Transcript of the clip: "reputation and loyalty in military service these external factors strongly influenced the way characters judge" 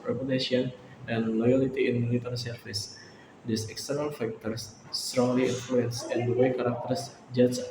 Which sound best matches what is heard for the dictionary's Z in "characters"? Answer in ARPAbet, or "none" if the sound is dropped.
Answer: S